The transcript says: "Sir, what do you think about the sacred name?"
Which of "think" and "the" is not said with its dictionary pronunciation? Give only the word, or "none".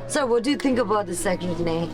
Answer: none